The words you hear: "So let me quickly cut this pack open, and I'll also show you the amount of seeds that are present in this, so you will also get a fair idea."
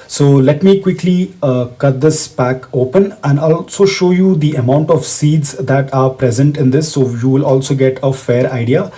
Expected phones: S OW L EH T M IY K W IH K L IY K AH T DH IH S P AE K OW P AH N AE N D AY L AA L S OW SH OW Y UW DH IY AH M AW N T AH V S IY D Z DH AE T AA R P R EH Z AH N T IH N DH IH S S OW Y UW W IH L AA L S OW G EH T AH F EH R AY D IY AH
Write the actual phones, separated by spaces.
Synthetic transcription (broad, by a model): S OW L EH T M IY K W IH K L IY K AH T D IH S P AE K OW P AH N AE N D AA L S OW SH OW Y UW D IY AH M AW N T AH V S IY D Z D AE T AA R P R EH Z AH N T IH N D IH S S OW Y UW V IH L AA L S OW G EH T AH F EH R AY D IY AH